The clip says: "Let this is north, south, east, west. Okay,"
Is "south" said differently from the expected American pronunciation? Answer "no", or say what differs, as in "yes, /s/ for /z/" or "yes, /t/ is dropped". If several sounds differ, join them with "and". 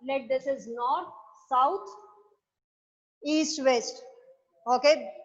yes, /t/ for /θ/